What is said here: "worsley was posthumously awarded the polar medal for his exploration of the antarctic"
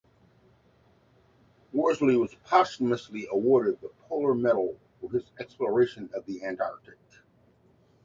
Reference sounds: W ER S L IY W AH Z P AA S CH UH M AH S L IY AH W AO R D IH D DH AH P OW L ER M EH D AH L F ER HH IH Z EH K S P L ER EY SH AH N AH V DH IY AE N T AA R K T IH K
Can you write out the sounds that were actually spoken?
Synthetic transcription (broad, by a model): W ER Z L IY W AH Z P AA S UH M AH S L IY AH W AO R D IH D DH AH P OW L ER M EH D L F ER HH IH Z EH K S P L ER EY SH AH N AH V DH IY AE N T AA R K T IH K